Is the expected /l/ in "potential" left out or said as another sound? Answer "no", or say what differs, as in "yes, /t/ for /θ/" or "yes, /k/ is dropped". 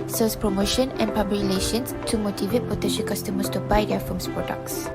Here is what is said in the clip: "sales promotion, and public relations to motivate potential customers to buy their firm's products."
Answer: yes, /n/ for /l/